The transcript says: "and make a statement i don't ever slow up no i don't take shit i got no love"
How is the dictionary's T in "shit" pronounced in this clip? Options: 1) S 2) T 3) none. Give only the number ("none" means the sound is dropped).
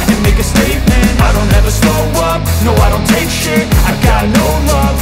3